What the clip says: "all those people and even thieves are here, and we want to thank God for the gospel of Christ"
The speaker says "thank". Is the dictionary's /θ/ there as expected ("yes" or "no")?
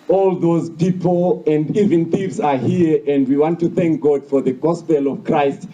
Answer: yes